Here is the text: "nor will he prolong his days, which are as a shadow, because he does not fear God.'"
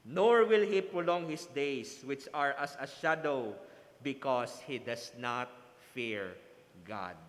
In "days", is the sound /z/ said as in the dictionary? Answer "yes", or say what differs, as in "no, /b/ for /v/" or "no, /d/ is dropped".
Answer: no, /s/ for /z/